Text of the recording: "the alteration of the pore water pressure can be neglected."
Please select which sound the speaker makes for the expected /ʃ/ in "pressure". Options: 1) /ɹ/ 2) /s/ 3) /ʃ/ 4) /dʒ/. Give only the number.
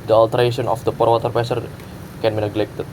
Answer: 2